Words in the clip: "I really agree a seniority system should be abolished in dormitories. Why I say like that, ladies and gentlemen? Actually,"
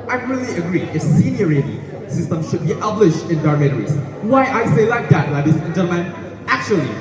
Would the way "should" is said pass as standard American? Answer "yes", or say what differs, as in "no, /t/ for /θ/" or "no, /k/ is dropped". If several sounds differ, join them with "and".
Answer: yes